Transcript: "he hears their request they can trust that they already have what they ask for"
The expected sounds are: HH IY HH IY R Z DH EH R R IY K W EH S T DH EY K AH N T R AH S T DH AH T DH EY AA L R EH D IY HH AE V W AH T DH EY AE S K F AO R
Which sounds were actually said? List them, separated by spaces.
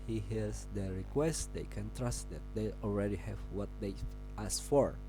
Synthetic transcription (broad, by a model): HH IY HH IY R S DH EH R R IY K W EH S T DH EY K AH N T R AH S T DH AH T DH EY AA L R EH D IY HH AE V W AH T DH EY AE S F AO R